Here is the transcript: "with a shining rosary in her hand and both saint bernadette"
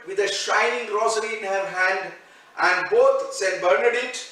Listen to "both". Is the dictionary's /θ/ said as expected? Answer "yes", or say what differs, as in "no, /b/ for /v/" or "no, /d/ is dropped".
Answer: no, /t/ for /θ/